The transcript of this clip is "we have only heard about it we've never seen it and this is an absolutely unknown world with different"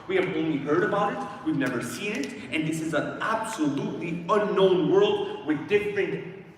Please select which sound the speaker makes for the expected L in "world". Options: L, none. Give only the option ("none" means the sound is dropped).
L